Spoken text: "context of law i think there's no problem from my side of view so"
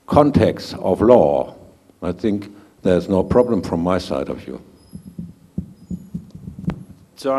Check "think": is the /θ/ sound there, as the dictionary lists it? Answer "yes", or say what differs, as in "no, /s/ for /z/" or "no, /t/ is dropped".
yes